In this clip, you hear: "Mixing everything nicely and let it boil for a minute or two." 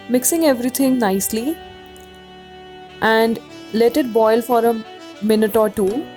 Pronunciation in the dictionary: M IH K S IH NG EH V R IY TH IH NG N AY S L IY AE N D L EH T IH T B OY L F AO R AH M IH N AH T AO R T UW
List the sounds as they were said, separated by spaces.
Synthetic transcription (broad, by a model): M IH K S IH NG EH V R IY T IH NG N AY S L IY AE N D L EH T IH T B OY L F AO R AH M IH N AH T AO R T UW